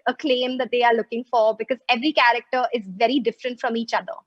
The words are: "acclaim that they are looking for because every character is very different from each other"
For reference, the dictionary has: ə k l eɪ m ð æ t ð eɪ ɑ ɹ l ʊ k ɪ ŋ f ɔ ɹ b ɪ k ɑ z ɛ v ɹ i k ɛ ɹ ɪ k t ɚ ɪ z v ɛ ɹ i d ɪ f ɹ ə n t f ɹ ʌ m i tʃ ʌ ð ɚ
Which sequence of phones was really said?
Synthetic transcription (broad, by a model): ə k l eɪ m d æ t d eɪ ɑ ɹ l ʊ k ɪ ŋ f ɔ ɹ b ɪ k ɑ z ɛ v ɹ i k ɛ ɹ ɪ k t ɚ ɪ z v ɛ ɹ i d ɪ f ɹ ə n t f ɹ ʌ m i tʃ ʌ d ɚ